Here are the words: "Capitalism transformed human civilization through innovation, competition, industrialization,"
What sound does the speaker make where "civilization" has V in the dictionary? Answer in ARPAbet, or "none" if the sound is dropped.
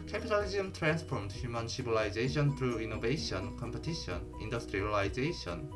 B